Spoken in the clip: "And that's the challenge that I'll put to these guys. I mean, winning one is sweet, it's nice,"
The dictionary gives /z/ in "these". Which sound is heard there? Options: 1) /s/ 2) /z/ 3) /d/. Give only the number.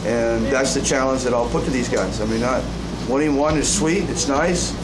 2